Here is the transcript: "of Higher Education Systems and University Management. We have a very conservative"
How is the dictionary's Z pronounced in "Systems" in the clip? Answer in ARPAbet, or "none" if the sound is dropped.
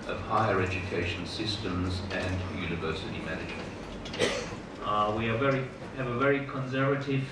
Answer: Z